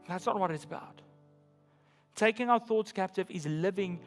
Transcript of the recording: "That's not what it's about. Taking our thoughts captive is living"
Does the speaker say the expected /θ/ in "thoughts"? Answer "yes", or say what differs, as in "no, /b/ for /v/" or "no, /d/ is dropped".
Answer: yes